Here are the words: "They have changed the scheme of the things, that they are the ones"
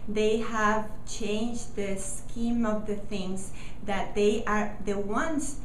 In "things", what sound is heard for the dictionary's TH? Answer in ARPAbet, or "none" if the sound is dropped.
TH